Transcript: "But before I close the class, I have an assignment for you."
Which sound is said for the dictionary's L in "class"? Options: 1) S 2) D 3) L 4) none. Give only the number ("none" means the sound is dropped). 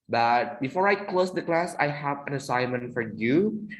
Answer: 3